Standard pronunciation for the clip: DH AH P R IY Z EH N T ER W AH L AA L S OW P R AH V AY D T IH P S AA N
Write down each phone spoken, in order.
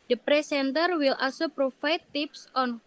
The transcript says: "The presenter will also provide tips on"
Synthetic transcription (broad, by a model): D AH P R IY S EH N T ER W AH L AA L S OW P R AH F AY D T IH P S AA N